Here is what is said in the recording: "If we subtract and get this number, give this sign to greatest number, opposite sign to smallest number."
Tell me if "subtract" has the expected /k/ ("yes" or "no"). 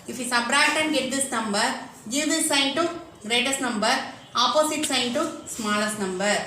no